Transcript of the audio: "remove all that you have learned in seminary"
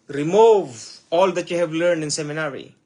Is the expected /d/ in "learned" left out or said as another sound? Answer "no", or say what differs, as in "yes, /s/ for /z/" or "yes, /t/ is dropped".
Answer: no